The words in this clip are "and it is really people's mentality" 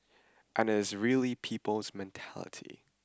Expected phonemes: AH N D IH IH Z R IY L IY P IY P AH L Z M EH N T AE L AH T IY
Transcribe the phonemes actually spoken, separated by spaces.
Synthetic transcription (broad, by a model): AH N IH IH Z R IY L IY P IY P AH L Z M EH N T AE L AH T IY